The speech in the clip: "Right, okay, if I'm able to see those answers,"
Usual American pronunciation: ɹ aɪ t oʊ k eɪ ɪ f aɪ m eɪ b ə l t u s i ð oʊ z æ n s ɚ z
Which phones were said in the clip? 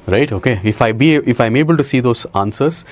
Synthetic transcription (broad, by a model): ɹ aɪ t oʊ k eɪ ɪ f aɪ m eɪ b ə l t u s i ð oʊ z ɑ n s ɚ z